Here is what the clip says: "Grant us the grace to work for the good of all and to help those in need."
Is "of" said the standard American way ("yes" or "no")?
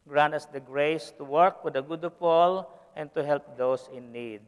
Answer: no